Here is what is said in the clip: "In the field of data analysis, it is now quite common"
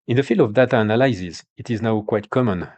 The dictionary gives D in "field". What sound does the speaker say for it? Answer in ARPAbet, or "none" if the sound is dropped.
none